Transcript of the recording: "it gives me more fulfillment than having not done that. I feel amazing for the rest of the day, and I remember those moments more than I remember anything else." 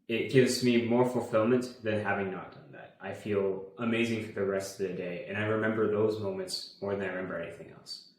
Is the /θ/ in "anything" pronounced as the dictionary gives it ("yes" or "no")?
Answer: yes